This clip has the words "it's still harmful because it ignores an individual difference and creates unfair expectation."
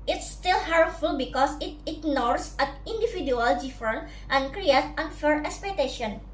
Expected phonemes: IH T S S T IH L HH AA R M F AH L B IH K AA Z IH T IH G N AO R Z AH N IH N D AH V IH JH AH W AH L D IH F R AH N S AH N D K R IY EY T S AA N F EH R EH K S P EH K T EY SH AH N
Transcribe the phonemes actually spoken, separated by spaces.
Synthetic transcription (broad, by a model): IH T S S T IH L HH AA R F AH L B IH K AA S IH T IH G N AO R S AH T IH N D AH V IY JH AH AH L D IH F R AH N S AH N K R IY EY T AA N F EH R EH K S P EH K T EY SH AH N